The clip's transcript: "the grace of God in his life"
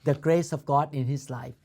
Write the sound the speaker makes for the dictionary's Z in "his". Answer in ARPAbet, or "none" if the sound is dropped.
S